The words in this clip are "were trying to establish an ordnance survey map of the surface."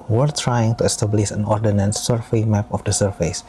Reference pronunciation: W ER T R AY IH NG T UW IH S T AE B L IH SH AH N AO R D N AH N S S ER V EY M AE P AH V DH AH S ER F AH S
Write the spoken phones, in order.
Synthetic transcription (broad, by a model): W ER T R AY IH NG T UW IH S T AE B L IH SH AH N AO R D N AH N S S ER F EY M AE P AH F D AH S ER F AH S